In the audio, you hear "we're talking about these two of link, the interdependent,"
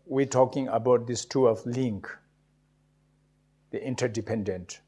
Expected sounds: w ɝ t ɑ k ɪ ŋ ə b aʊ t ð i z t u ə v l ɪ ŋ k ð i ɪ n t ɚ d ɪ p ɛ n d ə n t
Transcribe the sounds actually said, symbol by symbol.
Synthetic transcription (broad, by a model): w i t ɑ k ɪ ŋ ə b aʊ t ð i s t u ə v l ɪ ŋ k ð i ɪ n t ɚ d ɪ p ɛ n d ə n t